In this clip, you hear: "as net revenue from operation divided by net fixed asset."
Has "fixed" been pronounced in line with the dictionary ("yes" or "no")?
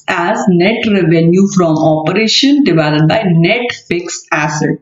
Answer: no